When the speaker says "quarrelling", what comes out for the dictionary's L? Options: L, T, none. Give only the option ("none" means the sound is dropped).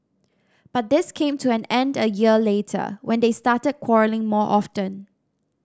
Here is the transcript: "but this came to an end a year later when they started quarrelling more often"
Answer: L